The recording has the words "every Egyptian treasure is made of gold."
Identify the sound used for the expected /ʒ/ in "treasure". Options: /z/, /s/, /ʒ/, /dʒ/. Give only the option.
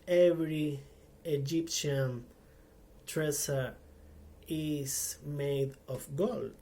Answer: /s/